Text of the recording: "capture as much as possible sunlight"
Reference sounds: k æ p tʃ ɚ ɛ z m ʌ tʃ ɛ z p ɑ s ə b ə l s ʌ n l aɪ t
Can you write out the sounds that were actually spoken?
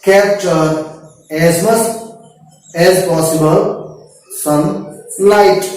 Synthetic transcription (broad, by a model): k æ p tʃ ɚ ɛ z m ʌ s ɛ z p ɑ s ə b ə l s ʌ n l aɪ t